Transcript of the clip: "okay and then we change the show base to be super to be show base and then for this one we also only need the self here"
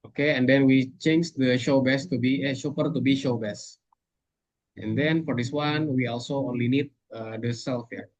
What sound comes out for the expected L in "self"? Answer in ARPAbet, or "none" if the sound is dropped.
L